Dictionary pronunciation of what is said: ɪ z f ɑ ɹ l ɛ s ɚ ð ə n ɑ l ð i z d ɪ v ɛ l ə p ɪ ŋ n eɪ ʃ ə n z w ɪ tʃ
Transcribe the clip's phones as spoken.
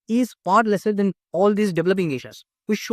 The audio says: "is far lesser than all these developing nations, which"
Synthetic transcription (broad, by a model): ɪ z p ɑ ɹ l ɛ s ɚ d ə n ɑ l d i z d ɪ v ɛ l ə p ɪ ŋ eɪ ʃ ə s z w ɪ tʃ